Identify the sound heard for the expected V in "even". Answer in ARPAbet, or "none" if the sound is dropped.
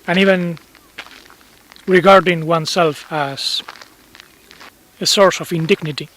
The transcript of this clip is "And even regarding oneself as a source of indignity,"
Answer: V